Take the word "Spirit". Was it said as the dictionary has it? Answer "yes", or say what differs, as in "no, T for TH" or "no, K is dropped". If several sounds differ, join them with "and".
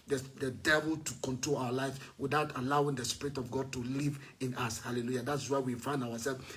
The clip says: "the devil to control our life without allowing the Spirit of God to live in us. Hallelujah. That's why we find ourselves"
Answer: yes